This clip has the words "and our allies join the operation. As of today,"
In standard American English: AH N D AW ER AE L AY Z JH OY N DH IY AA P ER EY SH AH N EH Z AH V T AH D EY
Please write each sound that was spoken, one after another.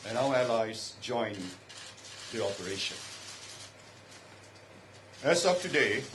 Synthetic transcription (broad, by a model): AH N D AW ER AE L AY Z JH OY N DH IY AA P ER EY SH AH N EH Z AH P T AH D EY